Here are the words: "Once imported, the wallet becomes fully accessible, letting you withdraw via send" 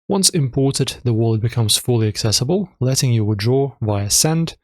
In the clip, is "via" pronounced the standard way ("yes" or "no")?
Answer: yes